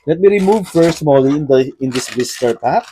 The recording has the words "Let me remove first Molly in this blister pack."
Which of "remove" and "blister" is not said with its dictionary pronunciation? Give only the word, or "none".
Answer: blister